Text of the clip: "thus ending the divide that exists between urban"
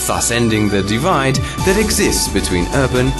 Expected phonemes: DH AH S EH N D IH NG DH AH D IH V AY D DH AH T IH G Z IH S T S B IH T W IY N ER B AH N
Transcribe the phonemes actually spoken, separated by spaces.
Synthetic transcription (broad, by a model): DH AH S EH N D IH NG DH AH D IH V AY D DH AH T IH G Z IH S T S B IH T W IY N ER B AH N